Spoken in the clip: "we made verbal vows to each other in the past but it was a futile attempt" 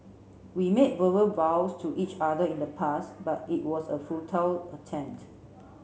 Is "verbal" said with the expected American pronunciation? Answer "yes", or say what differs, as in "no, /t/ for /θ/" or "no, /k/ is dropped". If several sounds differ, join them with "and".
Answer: no, /b/ is dropped